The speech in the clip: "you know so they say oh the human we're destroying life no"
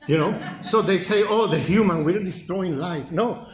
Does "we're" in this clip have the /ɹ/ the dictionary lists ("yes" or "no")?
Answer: no